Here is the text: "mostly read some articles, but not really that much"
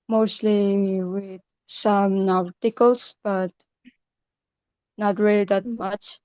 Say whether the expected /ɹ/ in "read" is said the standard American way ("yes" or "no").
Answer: no